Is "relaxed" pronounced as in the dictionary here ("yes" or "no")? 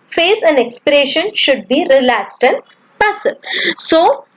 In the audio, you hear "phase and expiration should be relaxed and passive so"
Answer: yes